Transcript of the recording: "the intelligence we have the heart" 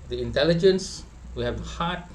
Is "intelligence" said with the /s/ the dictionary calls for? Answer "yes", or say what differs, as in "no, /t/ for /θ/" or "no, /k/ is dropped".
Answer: yes